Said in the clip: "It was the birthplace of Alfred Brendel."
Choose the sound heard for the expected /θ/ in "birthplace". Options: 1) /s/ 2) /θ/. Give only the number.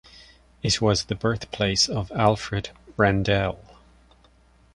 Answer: 2